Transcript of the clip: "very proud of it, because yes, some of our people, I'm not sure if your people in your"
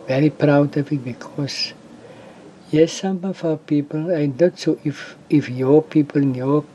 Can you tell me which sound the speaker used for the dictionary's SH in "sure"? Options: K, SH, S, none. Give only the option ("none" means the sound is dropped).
S